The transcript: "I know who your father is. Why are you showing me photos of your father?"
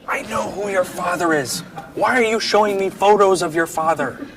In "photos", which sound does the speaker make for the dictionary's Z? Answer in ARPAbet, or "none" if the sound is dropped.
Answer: Z